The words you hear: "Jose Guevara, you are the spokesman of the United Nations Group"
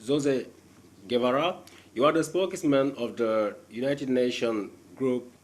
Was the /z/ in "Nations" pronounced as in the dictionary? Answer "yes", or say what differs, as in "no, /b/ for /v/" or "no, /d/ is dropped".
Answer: no, /z/ is dropped